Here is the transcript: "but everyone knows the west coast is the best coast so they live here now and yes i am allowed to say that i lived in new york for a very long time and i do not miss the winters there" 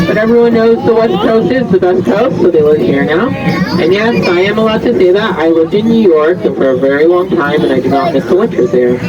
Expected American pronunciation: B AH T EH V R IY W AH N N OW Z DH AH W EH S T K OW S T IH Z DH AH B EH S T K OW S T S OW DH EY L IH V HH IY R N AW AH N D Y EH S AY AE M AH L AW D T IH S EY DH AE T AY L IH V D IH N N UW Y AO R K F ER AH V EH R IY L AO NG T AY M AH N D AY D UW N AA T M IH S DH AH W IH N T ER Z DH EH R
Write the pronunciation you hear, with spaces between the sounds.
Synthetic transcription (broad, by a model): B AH T EH V R IY W AH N N OW Z DH AH W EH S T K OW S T IH Z DH AH B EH S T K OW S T S OW DH EY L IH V HH IY R N AW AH N Y EH S AY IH M AH L AW D T IH S EY DH AE T AY L IH V D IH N N UW Y AO R K F ER AH V EH R IY L AO NG T AY M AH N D AY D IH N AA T M IH S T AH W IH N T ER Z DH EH R